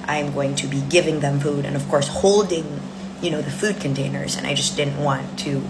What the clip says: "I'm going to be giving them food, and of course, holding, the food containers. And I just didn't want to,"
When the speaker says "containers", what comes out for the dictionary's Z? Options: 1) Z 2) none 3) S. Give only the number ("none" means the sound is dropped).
1